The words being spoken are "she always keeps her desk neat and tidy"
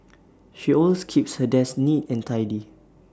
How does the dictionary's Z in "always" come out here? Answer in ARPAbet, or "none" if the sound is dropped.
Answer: none